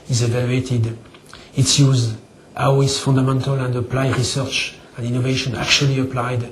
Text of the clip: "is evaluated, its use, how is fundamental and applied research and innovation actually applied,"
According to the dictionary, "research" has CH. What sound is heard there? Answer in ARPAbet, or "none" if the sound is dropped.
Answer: CH